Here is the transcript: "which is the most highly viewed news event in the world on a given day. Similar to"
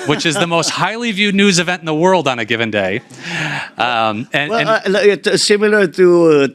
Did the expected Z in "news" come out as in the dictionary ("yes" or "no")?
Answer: yes